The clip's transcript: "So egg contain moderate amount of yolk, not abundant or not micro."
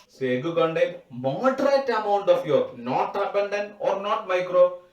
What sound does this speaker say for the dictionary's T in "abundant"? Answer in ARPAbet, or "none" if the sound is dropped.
none